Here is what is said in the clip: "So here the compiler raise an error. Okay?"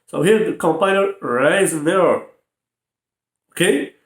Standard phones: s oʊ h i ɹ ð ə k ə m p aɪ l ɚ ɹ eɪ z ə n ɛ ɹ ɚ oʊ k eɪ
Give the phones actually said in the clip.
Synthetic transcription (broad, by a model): s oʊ h i ɹ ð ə k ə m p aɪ n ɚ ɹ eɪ ə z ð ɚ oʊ k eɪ